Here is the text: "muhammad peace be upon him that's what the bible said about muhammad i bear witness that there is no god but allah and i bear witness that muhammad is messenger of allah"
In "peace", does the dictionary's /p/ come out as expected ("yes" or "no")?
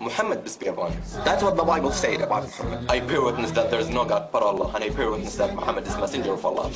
no